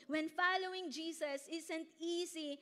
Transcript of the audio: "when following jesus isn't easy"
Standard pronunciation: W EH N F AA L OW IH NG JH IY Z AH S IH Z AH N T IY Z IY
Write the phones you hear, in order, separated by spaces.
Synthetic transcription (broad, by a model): W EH N F AA L OW IH NG JH IY S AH S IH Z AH N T IY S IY